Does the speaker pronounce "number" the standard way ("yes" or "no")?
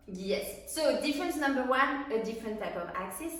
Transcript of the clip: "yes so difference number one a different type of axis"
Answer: yes